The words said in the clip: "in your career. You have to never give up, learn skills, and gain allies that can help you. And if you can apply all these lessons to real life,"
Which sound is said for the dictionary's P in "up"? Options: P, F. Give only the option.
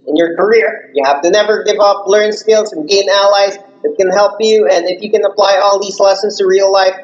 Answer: P